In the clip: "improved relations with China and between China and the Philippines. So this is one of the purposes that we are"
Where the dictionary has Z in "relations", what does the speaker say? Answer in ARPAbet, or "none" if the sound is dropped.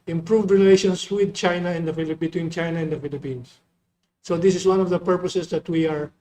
S